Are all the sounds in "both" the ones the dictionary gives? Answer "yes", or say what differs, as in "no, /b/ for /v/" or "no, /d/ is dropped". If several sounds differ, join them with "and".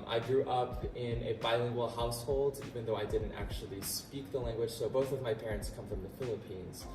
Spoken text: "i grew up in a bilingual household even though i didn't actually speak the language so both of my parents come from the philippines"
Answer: yes